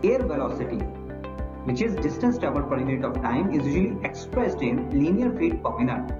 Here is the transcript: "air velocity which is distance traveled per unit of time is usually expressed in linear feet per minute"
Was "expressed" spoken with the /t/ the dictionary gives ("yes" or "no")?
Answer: yes